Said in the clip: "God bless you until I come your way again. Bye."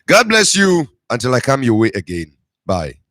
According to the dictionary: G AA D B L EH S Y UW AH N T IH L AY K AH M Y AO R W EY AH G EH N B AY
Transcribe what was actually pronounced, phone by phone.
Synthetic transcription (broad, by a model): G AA D B L EH S Y UW AH N T IH L AY K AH M Y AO W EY AH G EH N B AY